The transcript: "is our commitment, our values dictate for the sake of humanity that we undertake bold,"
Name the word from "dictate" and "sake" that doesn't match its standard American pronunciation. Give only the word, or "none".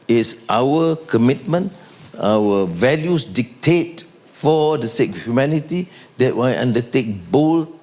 none